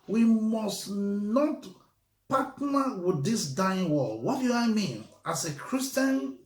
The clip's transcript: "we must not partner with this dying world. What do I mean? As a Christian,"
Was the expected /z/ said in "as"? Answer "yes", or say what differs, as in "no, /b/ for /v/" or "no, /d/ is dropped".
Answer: no, /s/ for /z/